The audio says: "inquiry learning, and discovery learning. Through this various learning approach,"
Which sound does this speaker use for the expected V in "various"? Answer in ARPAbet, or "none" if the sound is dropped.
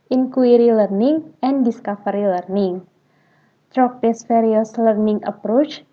F